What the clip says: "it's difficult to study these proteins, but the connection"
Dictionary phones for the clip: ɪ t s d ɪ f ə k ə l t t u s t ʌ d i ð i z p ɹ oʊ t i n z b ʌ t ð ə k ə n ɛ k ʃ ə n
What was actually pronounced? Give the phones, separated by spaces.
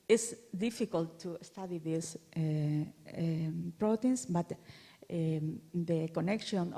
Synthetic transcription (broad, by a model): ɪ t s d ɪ f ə k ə l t t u s t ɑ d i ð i s p ɹ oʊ t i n s b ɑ t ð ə k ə n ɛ k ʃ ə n